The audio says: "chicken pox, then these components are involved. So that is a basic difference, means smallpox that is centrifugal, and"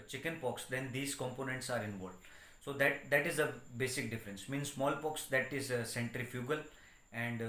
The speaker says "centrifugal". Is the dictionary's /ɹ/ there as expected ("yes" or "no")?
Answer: yes